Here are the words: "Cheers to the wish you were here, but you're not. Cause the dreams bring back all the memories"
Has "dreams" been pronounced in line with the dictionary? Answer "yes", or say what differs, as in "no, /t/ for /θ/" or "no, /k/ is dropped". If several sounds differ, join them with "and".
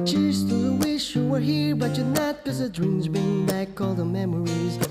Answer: yes